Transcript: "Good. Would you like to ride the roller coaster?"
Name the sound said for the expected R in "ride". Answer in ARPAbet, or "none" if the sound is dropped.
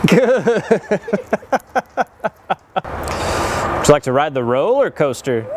R